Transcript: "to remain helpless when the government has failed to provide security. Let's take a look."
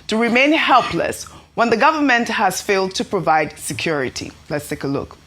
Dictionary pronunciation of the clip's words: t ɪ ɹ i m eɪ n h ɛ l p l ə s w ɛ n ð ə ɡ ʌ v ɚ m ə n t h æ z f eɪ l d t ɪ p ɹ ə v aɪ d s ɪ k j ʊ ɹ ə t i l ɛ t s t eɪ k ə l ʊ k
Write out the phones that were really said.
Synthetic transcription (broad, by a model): t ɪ ɹ i m eɪ n h ɛ l p l ə s w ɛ n ð ə ɡ ʌ v ɚ m ə n t h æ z f eɪ l d t ɪ p ɹ ə v aɪ d s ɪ k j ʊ ɹ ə t i l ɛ t s t eɪ k ə l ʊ k